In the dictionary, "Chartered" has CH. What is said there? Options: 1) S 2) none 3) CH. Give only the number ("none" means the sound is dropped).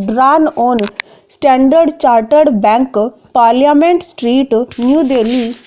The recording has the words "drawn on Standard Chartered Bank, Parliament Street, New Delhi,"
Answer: 3